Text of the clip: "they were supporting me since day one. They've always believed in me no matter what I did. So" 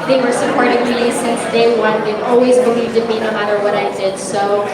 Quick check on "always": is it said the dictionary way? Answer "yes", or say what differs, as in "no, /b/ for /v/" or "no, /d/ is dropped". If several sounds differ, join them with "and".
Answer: yes